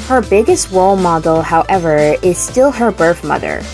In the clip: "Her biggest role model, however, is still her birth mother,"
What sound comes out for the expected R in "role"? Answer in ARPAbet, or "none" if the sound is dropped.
W